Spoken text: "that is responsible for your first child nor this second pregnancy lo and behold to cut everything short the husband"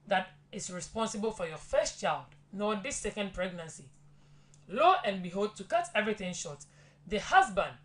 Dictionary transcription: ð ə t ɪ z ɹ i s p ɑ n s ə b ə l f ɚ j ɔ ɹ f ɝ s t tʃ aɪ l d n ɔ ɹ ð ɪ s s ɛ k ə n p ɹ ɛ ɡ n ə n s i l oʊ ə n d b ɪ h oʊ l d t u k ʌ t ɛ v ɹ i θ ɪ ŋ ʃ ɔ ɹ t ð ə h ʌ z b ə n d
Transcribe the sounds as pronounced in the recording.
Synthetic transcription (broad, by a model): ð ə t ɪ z ɹ i s p ɑ n s ə b ə l f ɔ j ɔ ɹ f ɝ s t tʃ aɪ l d n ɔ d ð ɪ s s ɛ k ə n p ɹ ɛ ɡ n ə n s i l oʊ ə n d b ɪ h oʊ l d t u k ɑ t ɛ v ɹ i θ ɪ ŋ ʃ ɔ t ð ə h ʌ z b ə n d